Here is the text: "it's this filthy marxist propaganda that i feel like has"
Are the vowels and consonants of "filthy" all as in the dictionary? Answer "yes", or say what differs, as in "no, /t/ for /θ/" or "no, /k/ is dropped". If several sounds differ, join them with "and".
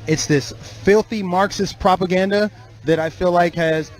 yes